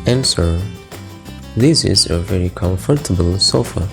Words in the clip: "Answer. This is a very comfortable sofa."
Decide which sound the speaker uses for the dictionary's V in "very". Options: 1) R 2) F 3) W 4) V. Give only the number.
4